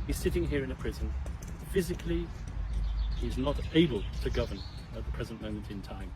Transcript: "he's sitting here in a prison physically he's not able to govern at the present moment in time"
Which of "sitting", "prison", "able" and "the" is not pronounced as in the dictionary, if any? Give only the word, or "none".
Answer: none